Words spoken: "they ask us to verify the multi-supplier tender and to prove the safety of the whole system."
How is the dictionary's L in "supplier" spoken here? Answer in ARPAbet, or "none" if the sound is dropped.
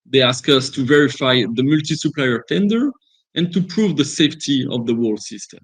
L